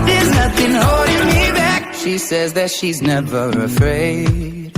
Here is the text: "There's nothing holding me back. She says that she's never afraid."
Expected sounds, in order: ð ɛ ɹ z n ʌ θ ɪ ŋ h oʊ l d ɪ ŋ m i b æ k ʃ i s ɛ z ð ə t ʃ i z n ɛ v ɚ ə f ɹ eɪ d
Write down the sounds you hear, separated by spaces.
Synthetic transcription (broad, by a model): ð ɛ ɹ z n ʌ θ ɪ ŋ h oʊ l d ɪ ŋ m i b æ k ʃ i s ɛ z ð ə t ʃ i z n ɛ v ɚ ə f ɹ eɪ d